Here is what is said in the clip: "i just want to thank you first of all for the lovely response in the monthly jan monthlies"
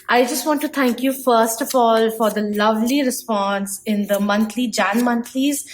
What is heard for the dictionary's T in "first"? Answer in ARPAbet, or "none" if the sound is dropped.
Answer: T